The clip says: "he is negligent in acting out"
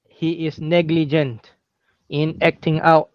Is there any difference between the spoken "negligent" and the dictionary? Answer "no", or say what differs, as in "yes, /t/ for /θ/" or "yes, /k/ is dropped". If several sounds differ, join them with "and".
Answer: no